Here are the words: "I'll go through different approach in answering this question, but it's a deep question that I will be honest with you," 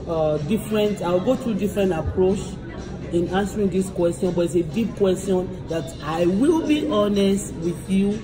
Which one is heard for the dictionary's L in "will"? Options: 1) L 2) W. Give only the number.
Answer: 1